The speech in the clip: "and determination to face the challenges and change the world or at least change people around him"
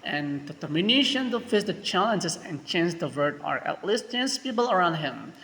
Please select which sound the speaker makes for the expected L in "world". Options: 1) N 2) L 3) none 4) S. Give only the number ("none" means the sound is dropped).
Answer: 3